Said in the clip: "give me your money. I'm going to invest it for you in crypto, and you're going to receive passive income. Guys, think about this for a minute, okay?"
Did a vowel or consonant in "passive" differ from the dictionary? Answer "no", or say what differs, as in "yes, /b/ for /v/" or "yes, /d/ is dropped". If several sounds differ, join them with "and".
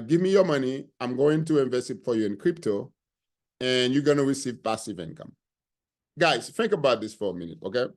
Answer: no